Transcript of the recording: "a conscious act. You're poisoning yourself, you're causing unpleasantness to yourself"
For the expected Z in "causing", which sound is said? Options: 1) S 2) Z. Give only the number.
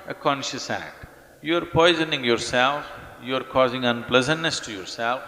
2